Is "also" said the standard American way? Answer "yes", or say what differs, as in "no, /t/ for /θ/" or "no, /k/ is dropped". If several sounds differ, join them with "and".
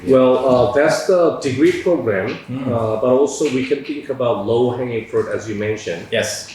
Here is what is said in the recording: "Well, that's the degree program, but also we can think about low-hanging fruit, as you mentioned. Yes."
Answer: yes